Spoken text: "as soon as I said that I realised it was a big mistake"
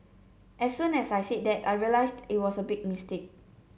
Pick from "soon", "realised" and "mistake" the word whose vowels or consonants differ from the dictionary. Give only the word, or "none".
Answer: realised